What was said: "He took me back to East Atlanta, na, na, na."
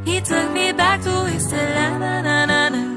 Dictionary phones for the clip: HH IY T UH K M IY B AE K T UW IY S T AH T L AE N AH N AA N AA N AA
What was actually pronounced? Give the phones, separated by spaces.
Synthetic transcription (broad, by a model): HH IY T UH K M IY B AE K T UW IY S AH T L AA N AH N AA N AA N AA